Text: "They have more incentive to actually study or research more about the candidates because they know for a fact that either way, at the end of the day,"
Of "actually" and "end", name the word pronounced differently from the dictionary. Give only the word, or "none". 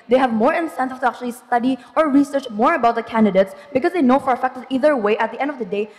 none